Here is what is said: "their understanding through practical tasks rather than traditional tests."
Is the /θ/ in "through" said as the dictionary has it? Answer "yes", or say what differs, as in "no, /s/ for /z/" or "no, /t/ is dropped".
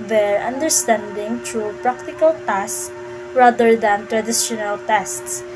no, /t/ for /θ/